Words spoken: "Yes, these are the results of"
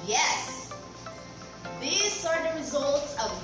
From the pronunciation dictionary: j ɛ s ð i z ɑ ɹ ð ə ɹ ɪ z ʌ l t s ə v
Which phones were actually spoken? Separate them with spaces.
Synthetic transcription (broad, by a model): j ɛ s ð i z ɑ ɹ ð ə ɹ ɪ z ʌ l t s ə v